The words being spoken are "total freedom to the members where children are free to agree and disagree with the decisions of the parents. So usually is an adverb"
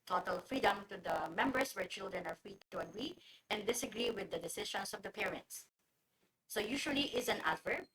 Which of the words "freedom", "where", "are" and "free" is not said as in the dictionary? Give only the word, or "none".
none